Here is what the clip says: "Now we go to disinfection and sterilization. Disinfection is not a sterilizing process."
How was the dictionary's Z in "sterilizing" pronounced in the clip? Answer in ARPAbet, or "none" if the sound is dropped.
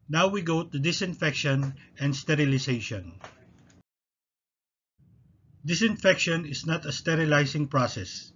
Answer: S